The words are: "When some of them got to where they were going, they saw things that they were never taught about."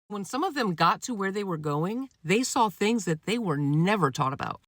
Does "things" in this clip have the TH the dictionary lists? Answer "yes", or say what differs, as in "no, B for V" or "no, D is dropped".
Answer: yes